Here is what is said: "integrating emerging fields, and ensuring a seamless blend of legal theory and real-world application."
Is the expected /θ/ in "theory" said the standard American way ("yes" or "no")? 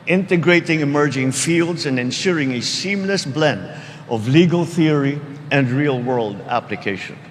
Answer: yes